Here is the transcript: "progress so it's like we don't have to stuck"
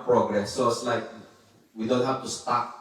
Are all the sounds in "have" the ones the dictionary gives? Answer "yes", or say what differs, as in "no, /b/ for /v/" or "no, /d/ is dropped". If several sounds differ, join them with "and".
no, /f/ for /v/